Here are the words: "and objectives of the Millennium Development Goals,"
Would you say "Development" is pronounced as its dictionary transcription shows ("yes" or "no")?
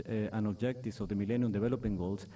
no